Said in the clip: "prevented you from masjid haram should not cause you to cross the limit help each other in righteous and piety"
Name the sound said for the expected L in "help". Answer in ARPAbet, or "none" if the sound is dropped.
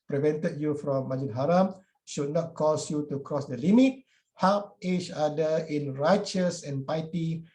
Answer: none